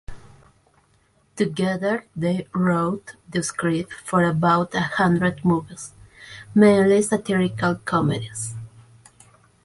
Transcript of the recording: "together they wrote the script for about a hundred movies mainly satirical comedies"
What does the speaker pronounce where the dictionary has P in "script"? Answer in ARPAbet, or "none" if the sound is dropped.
none